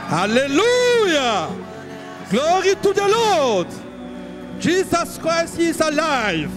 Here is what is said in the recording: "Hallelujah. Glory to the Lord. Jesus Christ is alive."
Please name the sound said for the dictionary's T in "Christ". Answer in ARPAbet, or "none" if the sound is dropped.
none